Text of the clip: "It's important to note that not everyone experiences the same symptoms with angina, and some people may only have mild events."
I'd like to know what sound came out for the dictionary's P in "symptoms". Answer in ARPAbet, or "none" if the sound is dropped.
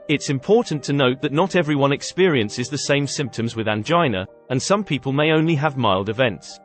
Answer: P